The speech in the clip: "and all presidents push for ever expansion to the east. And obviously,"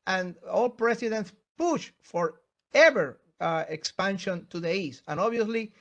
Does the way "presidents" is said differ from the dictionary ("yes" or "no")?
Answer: yes